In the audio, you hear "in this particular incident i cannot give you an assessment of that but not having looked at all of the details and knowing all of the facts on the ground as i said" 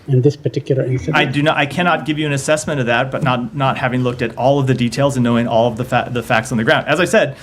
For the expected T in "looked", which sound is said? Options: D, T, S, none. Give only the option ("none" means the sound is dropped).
T